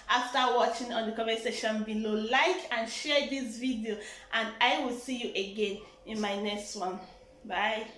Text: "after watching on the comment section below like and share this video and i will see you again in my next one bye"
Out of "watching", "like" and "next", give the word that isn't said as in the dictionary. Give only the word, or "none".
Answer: none